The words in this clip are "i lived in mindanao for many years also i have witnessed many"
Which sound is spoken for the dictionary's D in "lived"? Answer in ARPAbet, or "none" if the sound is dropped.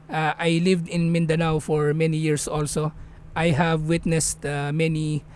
D